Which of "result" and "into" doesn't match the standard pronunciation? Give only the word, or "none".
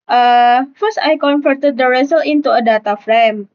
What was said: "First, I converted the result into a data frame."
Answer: result